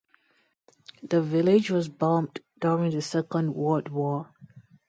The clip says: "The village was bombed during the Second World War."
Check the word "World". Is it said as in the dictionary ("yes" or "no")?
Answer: no